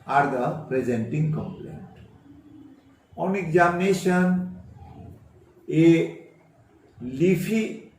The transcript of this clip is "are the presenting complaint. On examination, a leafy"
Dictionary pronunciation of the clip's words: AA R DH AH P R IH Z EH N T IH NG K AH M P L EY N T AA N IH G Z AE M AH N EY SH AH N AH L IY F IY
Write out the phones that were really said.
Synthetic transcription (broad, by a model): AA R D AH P R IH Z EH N T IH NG K AH M P L EY N T AA N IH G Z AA M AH N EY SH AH N AH L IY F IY